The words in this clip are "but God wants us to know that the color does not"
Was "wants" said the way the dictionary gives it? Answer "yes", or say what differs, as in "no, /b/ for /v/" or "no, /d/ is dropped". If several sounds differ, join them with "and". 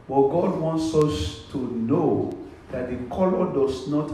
yes